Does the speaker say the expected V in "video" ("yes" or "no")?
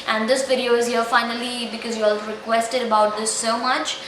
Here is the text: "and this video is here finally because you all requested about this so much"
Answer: no